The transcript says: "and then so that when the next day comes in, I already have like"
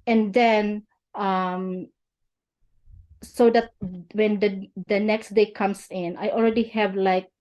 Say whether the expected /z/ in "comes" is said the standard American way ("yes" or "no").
no